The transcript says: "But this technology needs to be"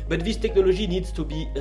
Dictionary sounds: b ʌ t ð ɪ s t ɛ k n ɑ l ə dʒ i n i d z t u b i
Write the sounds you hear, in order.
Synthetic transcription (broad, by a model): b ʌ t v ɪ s t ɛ k n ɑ l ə ʒ i n i d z t u b i